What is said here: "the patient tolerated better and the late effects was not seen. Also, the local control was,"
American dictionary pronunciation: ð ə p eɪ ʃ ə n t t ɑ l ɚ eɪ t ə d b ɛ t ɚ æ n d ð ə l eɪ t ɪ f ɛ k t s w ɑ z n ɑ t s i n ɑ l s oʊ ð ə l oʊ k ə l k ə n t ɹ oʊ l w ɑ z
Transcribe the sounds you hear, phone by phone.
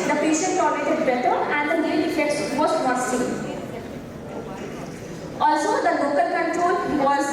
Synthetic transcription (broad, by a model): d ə p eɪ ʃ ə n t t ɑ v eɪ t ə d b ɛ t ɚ æ n d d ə n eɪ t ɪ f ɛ k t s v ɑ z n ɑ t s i ɑ l s oʊ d ə l oʊ k ə l k ə n t ɹ oʊ l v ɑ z